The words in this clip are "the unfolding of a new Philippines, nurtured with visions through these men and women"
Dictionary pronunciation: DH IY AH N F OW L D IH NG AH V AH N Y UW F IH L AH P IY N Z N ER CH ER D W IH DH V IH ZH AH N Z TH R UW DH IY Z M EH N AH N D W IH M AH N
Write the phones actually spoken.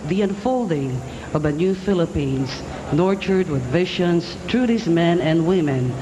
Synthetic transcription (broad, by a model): DH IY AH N F OW L D IH NG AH V AH N Y UW F IH L AH P IY N Z N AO CH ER D W IH DH V IH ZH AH N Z T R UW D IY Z M EH N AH N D W IH M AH N